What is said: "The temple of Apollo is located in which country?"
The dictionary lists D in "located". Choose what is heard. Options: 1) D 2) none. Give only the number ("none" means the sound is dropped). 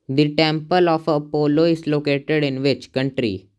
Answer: 1